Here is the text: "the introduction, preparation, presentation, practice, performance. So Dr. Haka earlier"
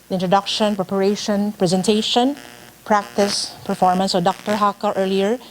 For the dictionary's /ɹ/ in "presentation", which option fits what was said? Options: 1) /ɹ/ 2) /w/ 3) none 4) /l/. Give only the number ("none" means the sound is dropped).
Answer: 1